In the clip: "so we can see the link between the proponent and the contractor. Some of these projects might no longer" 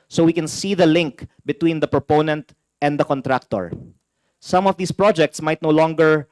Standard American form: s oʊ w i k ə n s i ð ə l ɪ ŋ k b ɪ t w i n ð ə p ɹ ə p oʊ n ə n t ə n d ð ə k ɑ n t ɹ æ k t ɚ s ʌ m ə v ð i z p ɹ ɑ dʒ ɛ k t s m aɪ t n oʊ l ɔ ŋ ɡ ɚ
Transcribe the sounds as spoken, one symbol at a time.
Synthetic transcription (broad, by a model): s oʊ w i k ə n s i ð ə l ɪ ŋ k b ɪ t w i n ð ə p ɹ ə p oʊ n ə n t ə n d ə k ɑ n t ɹ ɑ k t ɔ s ʌ m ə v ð i s p ɹ ɑ dʒ ɛ k t s m aɪ t n oʊ l ɔ ŋ ɡ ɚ